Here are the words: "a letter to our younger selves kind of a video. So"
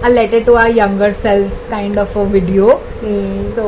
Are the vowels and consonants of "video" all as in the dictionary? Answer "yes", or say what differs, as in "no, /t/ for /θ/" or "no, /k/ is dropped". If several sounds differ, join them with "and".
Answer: yes